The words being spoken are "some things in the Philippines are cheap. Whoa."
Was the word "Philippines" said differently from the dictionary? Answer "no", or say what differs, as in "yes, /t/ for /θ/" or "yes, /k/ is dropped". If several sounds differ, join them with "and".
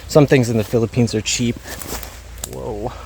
no